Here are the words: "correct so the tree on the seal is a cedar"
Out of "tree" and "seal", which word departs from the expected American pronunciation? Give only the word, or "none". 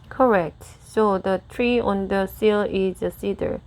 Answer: none